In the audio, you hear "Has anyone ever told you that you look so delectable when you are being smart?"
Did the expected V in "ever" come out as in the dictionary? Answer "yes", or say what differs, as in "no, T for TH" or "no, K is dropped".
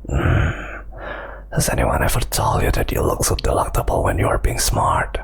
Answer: no, F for V